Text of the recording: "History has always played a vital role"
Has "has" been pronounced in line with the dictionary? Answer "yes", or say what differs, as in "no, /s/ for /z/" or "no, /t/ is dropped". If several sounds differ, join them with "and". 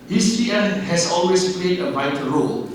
no, /s/ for /z/